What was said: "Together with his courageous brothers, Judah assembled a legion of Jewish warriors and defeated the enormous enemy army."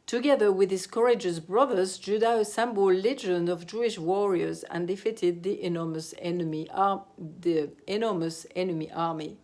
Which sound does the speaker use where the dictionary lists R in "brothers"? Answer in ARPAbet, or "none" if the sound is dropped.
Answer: R